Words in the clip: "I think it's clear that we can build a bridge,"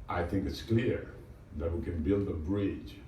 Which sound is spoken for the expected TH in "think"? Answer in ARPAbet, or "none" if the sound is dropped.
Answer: TH